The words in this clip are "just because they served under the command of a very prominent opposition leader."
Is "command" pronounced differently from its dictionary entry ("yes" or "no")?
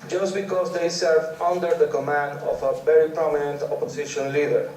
no